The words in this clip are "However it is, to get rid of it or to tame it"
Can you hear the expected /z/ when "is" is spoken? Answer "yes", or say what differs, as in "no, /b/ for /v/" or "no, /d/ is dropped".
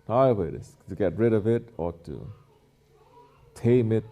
no, /s/ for /z/